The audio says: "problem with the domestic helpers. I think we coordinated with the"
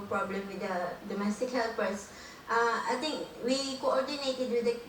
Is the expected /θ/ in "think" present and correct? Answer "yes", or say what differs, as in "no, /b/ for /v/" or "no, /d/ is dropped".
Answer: no, /t/ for /θ/